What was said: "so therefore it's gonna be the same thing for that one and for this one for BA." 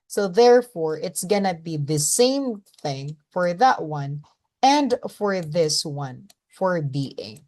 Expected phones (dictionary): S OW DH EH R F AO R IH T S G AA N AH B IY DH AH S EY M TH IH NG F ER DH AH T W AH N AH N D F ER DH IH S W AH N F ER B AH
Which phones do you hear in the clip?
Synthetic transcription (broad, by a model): S OW DH EH R F AO R IH T S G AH N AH B IY DH AH S EY M TH IH NG F ER DH AH T W AH N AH N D F ER DH IH S W AH N F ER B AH